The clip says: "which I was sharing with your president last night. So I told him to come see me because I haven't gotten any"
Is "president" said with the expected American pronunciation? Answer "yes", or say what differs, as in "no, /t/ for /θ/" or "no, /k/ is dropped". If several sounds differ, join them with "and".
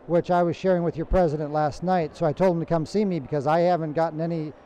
yes